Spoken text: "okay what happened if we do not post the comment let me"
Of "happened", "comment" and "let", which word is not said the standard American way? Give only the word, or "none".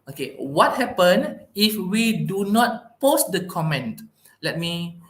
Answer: happened